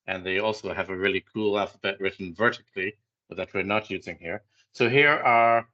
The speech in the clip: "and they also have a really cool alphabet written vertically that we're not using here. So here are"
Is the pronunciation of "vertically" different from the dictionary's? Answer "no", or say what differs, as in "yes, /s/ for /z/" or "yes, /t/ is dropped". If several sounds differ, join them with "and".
no